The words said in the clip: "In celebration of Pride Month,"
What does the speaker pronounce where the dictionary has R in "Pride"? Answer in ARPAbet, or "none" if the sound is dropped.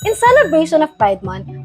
none